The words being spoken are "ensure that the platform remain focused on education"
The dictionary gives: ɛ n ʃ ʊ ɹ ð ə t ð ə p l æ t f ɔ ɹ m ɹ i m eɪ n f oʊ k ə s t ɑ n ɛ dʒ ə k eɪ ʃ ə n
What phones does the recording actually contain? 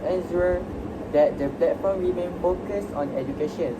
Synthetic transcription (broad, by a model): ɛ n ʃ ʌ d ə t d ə p l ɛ t f ɔ m ɹ i m eɪ n f oʊ k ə s ɑ n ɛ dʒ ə k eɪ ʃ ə n